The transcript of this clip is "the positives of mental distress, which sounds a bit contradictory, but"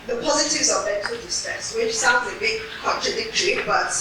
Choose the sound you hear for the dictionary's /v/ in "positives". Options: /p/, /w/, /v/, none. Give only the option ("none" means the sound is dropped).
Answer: /v/